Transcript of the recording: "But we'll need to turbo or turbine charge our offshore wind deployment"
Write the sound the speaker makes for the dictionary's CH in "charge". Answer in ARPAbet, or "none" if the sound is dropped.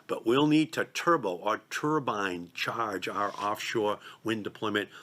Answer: CH